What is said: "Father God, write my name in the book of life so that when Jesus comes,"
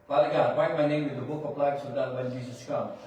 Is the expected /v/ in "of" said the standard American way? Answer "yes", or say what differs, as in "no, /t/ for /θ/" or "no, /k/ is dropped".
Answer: no, /p/ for /v/